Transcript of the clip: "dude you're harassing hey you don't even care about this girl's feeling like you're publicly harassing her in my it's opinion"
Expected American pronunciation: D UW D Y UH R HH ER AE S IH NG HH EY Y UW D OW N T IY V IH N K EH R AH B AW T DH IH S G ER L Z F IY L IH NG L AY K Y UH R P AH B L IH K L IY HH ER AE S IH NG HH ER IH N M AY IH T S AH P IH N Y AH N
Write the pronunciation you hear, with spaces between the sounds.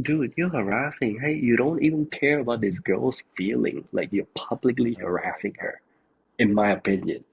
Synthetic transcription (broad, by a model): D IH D Y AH R HH ER AE S IH NG HH EY Y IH D OW N T IY V IH N K EH R AH B AW T DH IH S G ER L Z F IY L IH NG L AY K Y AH R P AH B L IH K L IY HH ER AE S IH NG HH ER IH N M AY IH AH P IH N Y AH N